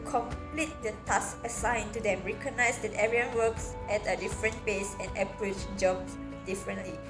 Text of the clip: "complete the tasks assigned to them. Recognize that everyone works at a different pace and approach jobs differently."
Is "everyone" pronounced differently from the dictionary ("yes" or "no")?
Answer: yes